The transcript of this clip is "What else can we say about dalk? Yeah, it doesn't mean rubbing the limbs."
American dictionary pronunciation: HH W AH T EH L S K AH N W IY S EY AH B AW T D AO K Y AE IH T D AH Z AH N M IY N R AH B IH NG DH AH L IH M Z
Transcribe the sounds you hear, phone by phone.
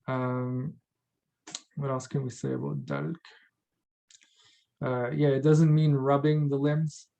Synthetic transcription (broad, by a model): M W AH T EH L S K AH N W IY S EY AH B AW T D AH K Y AE IH T D AH Z AH N M IY N R AH B IH NG DH AH L IH M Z